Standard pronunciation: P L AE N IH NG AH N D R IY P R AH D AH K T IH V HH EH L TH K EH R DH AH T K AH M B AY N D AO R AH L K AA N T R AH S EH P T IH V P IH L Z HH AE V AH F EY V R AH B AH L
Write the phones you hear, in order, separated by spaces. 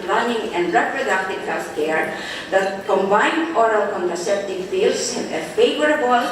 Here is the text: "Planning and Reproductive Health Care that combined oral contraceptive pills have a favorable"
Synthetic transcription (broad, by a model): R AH N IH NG AH N D R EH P R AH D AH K T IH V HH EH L F K EH R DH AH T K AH M B AY N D AO R AH L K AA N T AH S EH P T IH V F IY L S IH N AH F EY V R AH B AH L